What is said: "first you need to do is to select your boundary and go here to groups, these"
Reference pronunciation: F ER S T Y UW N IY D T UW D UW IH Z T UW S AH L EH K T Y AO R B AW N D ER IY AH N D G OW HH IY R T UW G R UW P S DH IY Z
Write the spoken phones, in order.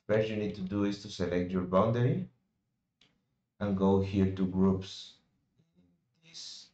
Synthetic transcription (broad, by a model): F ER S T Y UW N IY D T UW D UW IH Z T UW S AH L EH K T Y AO R B AW N D ER IY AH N G OW HH IY R T UW G R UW P S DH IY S